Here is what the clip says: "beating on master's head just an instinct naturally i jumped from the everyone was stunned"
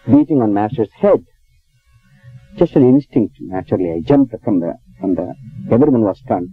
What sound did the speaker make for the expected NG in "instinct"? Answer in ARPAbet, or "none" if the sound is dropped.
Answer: NG